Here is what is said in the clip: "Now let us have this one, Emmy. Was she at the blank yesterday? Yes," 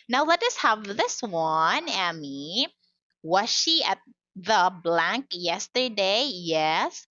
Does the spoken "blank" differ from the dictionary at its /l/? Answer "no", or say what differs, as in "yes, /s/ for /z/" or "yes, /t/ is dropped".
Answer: no